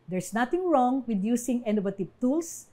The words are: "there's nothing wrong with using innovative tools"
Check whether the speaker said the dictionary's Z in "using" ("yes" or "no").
no